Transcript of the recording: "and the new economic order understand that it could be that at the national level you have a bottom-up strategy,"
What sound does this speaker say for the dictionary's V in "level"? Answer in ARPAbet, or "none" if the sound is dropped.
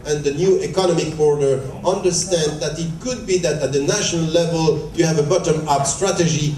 V